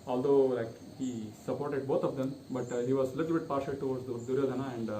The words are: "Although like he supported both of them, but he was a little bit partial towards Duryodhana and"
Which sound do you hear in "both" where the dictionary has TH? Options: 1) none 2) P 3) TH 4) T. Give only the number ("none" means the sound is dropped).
4